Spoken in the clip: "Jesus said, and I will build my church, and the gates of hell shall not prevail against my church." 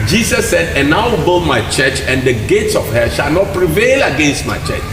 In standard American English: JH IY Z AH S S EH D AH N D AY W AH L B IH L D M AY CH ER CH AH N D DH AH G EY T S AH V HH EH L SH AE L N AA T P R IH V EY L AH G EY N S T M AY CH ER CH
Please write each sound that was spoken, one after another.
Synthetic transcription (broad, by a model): JH IY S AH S S EH D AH N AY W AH B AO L M AY CH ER CH AH N D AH G EY T S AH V HH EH SH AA L N AA T P R IH V EY L AH G EY N S T M AY CH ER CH